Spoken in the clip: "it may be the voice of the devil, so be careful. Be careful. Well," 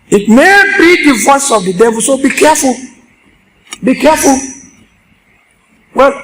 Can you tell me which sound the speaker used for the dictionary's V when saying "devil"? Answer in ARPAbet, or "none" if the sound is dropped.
V